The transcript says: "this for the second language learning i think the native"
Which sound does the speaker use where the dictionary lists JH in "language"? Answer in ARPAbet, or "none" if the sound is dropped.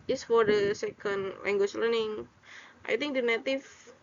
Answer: CH